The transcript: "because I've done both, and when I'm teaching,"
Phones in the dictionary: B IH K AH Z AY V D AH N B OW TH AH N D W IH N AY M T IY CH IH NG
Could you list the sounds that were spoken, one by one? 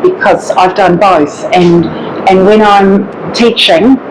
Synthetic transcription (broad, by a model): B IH K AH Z AY V D AH N B OW TH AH N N W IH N AY M T IY CH IH NG